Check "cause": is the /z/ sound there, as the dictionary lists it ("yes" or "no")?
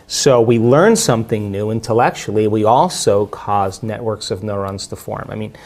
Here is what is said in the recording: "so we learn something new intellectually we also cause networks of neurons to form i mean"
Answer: yes